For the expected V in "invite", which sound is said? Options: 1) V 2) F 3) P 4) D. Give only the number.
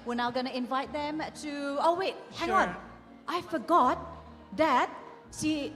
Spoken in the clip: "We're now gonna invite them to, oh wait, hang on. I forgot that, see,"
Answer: 1